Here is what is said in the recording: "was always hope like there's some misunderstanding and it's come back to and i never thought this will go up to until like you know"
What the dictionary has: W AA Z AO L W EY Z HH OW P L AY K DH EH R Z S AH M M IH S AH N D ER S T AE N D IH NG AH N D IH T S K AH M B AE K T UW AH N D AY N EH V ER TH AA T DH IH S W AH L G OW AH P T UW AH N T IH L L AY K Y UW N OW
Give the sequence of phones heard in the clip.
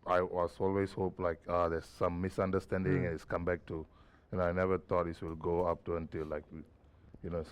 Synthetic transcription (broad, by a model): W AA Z AO L W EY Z HH OW P L AY K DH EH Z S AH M M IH S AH N D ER S T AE N D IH NG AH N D IH T S K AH M B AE K T UW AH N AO AY N EH V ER T AA T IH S W AH L G OW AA P T UW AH N T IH L L AY K Y UW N OW